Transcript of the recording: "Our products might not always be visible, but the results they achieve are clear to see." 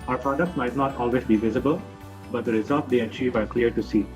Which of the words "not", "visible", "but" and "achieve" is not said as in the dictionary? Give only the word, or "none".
none